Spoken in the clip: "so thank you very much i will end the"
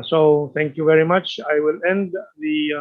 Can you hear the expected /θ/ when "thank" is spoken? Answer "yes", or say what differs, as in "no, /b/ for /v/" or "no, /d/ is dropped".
no, /t/ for /θ/